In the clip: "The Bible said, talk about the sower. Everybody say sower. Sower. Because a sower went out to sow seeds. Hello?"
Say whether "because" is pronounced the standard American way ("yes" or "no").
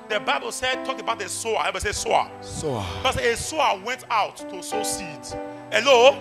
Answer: no